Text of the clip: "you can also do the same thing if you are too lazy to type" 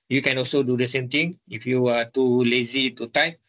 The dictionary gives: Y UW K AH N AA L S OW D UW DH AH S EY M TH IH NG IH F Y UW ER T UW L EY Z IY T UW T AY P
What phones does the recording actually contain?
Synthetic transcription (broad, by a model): Y UW K AH N AA L S OW D UW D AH S EY M T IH NG IH F Y UW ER T UW L EY Z IY T UW T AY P